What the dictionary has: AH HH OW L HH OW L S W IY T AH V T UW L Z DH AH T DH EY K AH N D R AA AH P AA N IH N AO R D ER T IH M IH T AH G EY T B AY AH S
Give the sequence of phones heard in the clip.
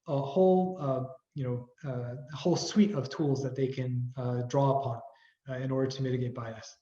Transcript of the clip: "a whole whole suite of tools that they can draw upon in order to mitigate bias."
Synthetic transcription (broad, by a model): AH HH OW L HH OW L S W IY T AH V T UW L Z DH AH T DH EY K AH N D R AA AH P AA N IH N AO R D ER T IH M IH T AH G EY T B AY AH S